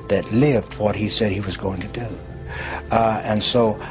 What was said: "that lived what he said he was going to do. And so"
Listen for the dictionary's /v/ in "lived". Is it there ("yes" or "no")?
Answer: yes